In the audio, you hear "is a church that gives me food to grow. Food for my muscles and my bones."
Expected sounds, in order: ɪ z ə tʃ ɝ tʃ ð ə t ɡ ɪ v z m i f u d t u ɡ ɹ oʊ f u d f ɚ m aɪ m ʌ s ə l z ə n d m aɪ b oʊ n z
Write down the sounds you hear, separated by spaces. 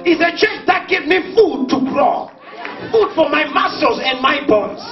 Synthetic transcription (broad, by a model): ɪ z ə tʃ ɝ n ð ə t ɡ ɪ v m i f u d t u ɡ ɹ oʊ f u d f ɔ m aɪ m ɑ s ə z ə n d m aɪ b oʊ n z